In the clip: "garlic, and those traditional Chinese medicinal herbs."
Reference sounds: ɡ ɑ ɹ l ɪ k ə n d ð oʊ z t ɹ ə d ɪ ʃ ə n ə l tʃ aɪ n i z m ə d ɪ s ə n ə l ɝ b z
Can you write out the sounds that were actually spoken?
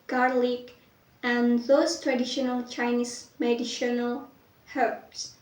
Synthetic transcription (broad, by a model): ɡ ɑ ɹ l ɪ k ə n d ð oʊ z t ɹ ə d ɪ ʃ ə n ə l tʃ aɪ n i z m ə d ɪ ʃ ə n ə l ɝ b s